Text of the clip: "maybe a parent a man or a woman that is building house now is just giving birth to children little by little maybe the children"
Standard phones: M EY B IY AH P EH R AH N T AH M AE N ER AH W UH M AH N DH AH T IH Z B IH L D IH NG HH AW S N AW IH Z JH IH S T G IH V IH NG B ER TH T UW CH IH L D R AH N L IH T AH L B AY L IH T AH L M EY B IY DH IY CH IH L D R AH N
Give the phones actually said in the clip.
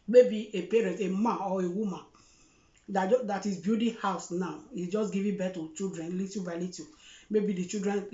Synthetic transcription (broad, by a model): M EY B IY AH P EH R AH N T AH M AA N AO AH W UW M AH N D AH T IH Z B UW D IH HH AW S N AW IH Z JH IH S G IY V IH B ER T UW CH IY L D R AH N L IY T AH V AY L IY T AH M EY B IY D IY CH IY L D R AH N